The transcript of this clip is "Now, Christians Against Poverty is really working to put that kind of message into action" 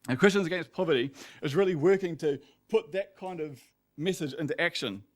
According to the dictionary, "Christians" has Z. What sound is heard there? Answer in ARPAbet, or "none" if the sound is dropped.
Z